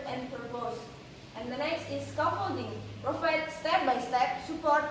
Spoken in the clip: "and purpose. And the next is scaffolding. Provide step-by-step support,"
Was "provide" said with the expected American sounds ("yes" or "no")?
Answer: no